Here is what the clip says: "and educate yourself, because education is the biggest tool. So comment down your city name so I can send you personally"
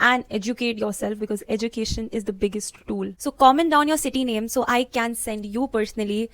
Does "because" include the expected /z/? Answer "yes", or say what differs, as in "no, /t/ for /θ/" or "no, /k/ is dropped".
yes